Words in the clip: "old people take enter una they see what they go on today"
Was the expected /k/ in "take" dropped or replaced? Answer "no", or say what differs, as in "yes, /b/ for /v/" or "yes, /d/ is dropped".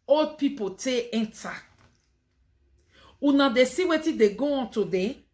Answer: yes, /k/ is dropped